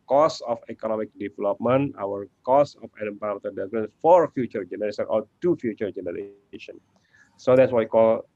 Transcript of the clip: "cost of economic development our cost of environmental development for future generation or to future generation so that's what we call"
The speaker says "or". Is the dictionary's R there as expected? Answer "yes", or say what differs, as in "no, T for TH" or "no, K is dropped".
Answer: no, L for R